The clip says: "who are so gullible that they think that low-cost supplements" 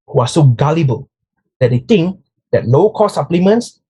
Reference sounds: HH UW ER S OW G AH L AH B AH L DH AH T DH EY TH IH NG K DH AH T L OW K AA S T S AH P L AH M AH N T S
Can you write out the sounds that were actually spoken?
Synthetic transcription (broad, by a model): HH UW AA S OW G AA L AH B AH L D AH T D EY T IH NG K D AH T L OW K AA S S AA P L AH M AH N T S